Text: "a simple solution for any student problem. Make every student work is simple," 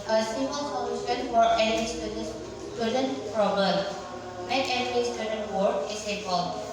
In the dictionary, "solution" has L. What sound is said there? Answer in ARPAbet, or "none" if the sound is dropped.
N